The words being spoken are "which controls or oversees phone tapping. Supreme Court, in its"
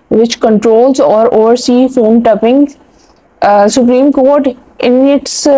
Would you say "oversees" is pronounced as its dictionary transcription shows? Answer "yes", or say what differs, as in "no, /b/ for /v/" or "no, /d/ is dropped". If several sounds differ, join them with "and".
no, /v/ is dropped and /z/ is dropped